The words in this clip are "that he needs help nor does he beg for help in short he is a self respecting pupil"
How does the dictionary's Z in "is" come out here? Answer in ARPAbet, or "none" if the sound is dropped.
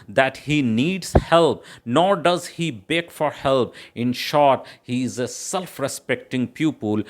Z